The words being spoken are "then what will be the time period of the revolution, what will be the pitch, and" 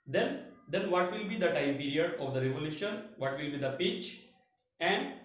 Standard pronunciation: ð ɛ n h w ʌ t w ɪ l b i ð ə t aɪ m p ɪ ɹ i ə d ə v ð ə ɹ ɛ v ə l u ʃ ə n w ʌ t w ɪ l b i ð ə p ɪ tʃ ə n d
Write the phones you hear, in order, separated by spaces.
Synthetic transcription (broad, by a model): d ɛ n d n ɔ t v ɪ l b i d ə t aɪ m p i ɹ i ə d ə v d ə ɹ ɛ v ə l u ʃ ə n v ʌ t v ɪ l b i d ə p ɪ tʃ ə n d